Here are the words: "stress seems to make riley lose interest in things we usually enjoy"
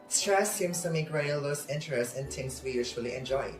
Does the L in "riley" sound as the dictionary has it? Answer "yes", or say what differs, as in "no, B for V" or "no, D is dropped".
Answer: no, L is dropped